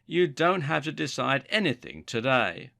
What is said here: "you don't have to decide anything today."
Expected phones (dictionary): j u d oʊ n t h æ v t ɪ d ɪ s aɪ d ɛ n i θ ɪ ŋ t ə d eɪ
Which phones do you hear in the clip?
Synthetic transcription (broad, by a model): j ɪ d oʊ n t h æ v t ɪ d ɪ s aɪ d ɛ n i θ ɪ ŋ t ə d eɪ